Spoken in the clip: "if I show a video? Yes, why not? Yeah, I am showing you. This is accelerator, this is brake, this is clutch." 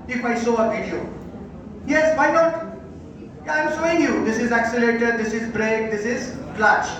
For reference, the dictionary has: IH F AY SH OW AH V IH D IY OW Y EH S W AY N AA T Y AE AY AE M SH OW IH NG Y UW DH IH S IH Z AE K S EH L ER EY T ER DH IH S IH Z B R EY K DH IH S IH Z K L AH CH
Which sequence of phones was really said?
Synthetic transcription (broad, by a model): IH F AY S OW AH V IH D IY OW Y EH S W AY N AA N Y AY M S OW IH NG Y UW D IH S IH Z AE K S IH L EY T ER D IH S IH Z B R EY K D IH S IH Z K L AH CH